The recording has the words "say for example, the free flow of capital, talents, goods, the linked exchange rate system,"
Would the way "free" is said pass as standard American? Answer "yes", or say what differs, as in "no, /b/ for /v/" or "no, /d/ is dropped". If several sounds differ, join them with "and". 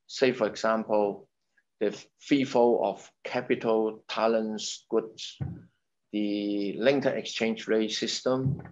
no, /ɹ/ is dropped